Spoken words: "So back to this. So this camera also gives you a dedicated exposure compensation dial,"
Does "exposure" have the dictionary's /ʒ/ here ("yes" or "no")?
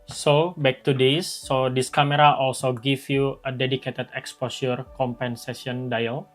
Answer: no